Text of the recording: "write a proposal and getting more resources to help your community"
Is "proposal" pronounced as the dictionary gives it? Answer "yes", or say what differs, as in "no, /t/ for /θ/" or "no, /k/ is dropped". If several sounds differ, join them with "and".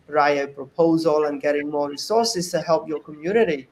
yes